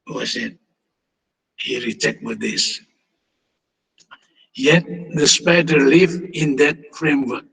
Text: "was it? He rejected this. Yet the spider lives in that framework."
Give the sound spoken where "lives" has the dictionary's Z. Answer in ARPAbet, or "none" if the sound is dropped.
none